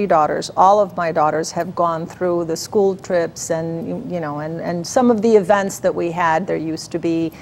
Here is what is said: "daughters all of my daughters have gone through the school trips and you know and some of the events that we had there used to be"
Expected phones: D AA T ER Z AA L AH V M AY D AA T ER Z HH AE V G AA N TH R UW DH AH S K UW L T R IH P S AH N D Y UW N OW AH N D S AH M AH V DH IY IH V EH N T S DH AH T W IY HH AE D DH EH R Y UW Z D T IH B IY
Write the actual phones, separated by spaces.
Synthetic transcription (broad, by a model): D AA T ER Z AA L AH V M AY D AA T ER Z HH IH V G AA N TH R UW DH AH S K UW L T R IH P S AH N Y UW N OW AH N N S AH M AH V DH IY IH V EH N T S DH AH T W IY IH D DH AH R Y UW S T IH B IY